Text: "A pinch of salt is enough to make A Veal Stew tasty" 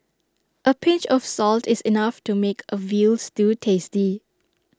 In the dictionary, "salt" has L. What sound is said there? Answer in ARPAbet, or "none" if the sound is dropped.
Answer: L